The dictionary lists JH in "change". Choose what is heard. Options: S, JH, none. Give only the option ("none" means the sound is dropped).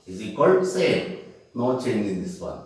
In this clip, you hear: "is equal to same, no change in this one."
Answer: none